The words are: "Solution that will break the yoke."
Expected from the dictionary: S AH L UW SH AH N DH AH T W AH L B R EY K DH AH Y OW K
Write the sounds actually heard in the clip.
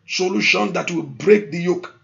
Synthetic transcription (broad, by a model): S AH L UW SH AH N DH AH T W AH L B R EY K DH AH Y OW K